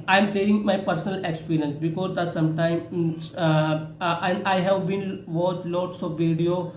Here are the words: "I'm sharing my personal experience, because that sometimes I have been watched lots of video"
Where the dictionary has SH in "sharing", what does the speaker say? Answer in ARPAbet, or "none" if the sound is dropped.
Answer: S